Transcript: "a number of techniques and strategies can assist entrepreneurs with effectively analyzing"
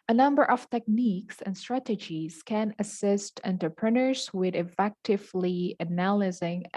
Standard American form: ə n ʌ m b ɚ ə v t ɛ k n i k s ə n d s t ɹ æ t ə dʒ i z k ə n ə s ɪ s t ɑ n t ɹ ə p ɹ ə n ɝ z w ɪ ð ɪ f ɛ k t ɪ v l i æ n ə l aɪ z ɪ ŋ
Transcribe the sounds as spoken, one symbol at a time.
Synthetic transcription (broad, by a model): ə n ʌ m b ɚ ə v t ɛ k n i k s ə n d s t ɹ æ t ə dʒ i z k ə n ə s ɪ s t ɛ n t ɹ p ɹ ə n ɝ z w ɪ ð ɪ f ɛ k t ɪ v l i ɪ n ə l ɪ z ɪ ŋ